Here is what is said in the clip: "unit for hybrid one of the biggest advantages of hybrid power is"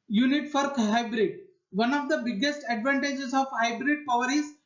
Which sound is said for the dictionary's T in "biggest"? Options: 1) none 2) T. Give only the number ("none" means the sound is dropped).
2